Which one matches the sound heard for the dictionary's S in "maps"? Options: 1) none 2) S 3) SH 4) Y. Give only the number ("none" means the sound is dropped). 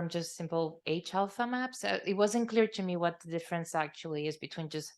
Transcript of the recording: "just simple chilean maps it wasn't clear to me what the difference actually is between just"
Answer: 2